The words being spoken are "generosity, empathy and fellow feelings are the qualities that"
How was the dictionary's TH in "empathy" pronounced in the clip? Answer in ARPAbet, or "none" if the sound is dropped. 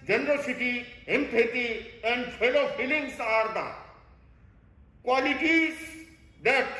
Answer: T